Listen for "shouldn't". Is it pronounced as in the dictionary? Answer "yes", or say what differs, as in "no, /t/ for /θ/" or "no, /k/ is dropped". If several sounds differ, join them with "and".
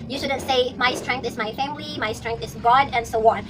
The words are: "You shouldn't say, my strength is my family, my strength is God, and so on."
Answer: yes